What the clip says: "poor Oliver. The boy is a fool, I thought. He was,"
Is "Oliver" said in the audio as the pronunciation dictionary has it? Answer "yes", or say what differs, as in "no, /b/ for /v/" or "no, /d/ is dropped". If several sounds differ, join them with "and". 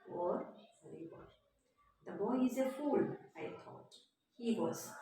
no, /b/ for /v/